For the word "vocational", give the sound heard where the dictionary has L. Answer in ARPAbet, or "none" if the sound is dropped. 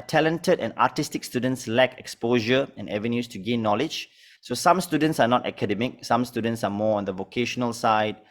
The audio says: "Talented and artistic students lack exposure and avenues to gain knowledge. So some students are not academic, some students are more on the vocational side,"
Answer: L